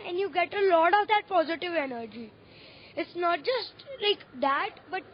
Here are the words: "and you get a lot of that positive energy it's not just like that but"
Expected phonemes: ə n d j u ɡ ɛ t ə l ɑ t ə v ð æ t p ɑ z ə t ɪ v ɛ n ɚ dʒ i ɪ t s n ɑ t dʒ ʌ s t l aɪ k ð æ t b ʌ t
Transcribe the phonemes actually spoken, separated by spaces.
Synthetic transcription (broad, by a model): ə n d j u ɡ ɛ t ə l ɑ t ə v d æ t p ɑ z ə t ɪ v ɛ n ɚ dʒ i ɪ t s n ɑ t dʒ ʌ s t l aɪ k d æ t b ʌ t